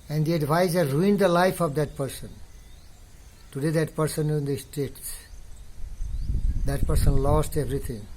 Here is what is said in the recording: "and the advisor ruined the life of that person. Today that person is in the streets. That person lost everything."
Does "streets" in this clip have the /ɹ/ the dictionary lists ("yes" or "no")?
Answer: no